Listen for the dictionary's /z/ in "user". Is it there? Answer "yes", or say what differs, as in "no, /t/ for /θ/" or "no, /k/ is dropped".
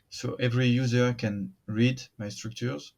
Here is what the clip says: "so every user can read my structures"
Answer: yes